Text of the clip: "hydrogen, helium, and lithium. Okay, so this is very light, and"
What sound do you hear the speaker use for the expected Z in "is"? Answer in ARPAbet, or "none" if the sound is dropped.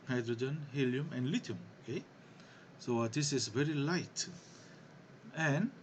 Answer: S